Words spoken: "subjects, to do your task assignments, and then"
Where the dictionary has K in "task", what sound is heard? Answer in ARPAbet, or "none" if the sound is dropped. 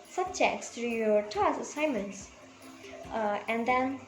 none